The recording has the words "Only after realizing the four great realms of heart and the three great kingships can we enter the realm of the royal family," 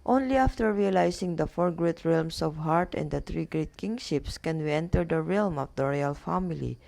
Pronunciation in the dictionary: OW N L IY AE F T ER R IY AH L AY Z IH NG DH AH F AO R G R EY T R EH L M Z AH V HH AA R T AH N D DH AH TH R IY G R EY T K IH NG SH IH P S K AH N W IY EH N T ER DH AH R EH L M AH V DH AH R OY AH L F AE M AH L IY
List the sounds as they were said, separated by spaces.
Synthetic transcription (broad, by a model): OW N L IY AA F T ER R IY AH L AY S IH NG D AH F AO R G R EY T R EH L M S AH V HH AA R T AH N D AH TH R IY G R EY T K IH NG SH IH P S K AH N W IY EH N T ER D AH R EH L M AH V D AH R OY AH L F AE M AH L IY